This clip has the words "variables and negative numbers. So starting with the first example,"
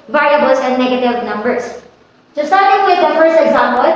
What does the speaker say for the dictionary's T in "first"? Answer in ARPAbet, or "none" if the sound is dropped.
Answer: none